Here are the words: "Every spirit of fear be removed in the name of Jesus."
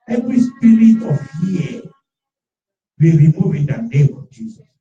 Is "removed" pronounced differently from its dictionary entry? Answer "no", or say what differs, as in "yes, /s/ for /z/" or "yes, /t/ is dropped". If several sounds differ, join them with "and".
yes, /d/ is dropped